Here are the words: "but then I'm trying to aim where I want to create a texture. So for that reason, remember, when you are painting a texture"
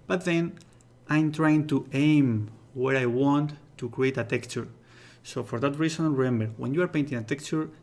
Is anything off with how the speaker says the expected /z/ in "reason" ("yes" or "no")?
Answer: yes